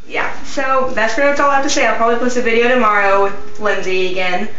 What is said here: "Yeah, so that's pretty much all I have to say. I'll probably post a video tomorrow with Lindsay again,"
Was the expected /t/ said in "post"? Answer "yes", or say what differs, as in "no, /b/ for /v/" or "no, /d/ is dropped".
no, /t/ is dropped